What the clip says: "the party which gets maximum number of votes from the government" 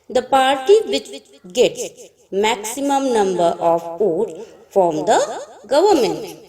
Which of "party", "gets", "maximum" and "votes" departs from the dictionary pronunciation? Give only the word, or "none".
votes